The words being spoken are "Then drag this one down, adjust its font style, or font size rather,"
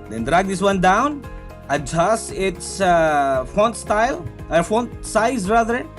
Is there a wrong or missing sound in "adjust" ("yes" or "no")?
yes